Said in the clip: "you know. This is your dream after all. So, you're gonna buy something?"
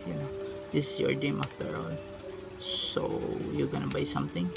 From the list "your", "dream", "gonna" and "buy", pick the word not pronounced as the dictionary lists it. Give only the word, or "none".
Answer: dream